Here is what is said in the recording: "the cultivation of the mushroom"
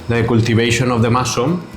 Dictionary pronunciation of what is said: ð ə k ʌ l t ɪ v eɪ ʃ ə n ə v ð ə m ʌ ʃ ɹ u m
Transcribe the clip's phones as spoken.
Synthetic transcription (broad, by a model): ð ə k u l t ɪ b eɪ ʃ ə n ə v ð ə m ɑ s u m